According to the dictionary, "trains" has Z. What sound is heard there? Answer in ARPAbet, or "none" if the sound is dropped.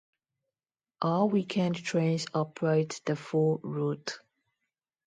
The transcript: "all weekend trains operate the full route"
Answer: S